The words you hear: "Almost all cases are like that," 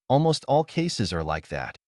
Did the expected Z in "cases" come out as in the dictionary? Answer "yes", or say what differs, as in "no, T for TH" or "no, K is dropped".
yes